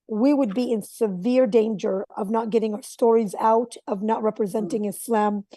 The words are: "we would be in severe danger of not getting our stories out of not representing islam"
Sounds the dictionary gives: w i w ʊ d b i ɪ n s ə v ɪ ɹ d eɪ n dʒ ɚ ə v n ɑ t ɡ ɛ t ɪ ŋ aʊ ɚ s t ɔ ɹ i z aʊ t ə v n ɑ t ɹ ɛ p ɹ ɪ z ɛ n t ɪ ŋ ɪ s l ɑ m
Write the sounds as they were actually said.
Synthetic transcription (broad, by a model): w i w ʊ d b i ɪ n s ə v ɪ ɹ d eɪ n dʒ ɚ ə v n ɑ t ɡ ɛ t ɪ ŋ aʊ ɚ s t ɔ ɹ i z aʊ t ə v n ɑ t ɹ ɛ p ɹ ɪ z ɛ n t ɪ ŋ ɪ s l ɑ m